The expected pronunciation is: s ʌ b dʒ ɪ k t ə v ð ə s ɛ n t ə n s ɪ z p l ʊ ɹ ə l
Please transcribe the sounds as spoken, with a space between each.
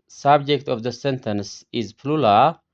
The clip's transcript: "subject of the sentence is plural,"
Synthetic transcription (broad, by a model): s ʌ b dʒ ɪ k t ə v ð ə s ɛ n t ə n s ɪ z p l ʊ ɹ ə